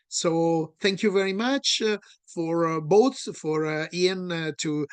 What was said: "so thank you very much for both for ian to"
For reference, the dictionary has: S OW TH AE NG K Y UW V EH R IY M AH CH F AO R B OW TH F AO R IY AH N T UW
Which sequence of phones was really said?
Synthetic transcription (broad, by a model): S OW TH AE NG K Y UW V EH R IY M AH CH F AO R B OW S F AO R IY AH N T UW